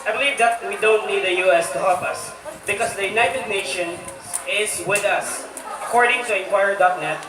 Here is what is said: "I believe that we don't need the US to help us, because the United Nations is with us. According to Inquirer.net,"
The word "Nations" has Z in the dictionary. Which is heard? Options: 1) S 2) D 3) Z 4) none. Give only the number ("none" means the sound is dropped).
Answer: 4